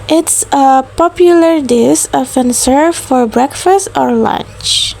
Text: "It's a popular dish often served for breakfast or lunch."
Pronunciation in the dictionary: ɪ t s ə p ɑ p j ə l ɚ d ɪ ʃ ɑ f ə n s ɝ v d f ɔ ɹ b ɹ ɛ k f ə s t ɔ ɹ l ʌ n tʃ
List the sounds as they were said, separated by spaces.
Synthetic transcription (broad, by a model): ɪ t s ə p ɑ p j ə l ɚ d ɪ s ɑ f ə n s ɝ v f ɔ ɹ b ɹ ɛ k f ə s t ɔ ɹ l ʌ n tʃ